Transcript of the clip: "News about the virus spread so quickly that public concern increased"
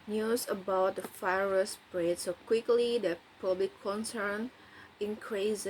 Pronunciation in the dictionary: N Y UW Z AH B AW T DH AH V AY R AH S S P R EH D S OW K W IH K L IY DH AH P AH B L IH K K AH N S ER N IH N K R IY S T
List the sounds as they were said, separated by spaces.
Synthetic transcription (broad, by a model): N Y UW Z AH B AW T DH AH F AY R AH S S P R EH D S OW K W IH K L IY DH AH P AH B L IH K K AH N S ER N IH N K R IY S